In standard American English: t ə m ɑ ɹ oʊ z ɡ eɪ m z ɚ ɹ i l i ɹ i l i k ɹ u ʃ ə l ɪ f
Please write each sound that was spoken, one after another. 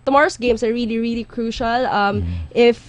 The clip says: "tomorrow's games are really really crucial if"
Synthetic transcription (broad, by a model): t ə m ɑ ɹ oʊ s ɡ eɪ m s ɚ ɹ i l i ɹ i l i k ɹ u ʃ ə l ɪ f